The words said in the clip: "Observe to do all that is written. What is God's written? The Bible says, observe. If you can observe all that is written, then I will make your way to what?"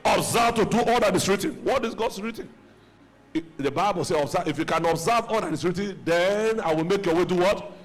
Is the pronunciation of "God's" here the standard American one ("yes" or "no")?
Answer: no